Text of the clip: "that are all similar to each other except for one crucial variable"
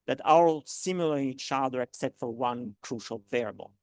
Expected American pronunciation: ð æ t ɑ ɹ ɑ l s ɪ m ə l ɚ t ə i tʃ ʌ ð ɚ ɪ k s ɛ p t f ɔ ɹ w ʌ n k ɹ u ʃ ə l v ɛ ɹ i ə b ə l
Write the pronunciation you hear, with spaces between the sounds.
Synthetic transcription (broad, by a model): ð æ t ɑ w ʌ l s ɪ m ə l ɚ i tʃ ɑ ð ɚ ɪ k s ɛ t f ɔ ɹ w ʌ n k ɹ u ʃ ə l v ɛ ɹ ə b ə l